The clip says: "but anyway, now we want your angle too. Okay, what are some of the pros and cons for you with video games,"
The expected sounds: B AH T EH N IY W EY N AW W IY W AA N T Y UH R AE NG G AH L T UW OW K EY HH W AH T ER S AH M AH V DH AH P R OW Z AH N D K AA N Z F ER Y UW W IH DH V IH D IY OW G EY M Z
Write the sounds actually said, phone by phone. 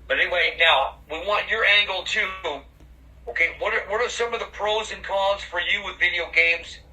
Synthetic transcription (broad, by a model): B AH T EH N IY W EY N AW W IY W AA N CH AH R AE NG G L T UW OW K EY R W AH T ER S AH M AH V DH AH P R OW Z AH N K AA Z F ER Y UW W IH DH V IH D IY OW G EY M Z